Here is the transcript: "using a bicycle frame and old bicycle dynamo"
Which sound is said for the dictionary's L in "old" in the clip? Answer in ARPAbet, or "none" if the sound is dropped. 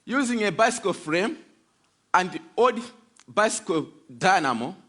none